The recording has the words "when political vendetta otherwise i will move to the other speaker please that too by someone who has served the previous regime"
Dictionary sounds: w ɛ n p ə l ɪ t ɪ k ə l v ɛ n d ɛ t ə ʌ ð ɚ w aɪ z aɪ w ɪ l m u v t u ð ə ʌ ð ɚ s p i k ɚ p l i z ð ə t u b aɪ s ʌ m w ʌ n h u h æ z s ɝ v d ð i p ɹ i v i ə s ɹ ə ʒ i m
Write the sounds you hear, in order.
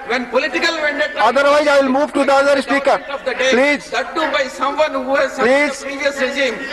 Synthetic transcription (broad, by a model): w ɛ n p ə l ɪ t ɪ k ə l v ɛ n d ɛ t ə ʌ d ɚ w aɪ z aɪ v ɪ l m u v t u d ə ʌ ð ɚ s p i k ɚ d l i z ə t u b aɪ s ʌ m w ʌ n h u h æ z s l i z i i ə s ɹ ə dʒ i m